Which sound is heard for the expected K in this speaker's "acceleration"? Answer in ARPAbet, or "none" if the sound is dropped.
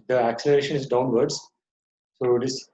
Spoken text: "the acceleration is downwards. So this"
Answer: K